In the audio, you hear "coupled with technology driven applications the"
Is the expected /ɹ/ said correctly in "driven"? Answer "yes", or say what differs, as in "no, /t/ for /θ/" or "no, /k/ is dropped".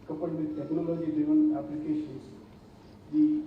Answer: no, /ɹ/ is dropped